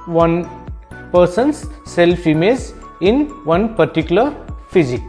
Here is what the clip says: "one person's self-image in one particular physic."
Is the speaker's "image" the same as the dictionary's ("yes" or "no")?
no